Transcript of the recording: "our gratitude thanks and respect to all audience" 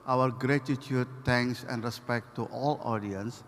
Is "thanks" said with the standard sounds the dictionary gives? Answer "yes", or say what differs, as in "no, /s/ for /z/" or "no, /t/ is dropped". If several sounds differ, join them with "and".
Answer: no, /t/ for /θ/